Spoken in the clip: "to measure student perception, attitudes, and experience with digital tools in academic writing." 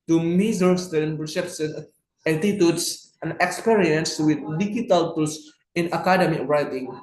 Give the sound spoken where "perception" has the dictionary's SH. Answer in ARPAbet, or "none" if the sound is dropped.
S